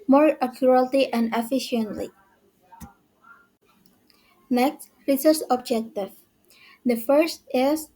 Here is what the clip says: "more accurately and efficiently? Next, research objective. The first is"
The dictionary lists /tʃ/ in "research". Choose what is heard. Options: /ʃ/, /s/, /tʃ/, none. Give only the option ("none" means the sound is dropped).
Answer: /s/